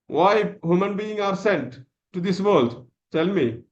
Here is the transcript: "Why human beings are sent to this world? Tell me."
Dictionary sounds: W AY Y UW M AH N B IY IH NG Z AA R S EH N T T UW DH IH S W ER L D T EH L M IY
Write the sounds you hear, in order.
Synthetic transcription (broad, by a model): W AY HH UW M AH N B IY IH NG AA R S EH N T T UW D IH S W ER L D T EH L M IY